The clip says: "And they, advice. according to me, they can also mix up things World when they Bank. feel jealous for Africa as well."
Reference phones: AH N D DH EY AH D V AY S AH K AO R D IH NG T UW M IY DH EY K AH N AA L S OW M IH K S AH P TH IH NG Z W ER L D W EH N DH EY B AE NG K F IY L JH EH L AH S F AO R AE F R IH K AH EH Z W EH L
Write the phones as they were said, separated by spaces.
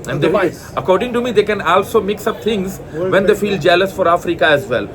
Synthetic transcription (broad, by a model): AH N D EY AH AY AH K AO R D IH NG T UW M IY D EY K AH N AA L S OW M IH K S AH P T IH NG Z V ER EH N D EY F IY L JH EH L AH S F AO R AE F R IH K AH EH Z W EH L